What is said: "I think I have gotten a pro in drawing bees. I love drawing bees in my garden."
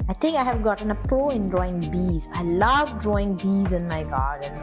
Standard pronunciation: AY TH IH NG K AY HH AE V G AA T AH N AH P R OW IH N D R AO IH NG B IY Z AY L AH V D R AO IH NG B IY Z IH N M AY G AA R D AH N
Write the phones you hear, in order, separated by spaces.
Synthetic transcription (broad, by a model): AY T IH NG K AY HH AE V G AA T AH N AH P OW IH N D R AO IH NG B IY Z AY L AH V D R AO IH NG B IY Z IH N M AY G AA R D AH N